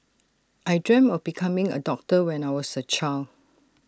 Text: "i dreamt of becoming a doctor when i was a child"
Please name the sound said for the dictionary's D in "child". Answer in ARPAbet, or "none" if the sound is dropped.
none